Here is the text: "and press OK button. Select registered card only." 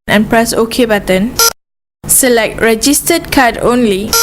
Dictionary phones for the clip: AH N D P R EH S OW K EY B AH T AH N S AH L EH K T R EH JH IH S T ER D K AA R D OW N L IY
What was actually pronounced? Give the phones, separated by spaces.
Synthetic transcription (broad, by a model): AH N P R EH S OW K EY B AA T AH N S AH L EH K T R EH JH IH S T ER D K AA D OW N L IY